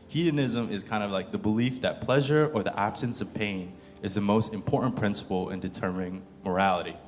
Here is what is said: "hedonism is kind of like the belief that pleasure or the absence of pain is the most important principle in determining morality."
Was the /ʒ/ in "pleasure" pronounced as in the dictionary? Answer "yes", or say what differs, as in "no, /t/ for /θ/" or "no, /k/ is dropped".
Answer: yes